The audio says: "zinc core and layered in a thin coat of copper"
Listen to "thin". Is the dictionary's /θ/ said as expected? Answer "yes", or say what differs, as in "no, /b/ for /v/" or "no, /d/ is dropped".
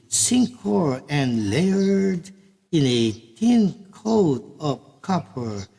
no, /t/ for /θ/